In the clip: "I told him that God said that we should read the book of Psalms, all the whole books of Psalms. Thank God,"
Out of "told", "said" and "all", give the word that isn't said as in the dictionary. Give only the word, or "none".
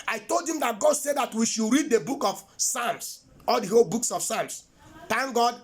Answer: none